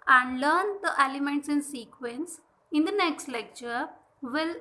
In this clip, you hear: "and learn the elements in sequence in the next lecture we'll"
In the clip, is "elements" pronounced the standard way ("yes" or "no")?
yes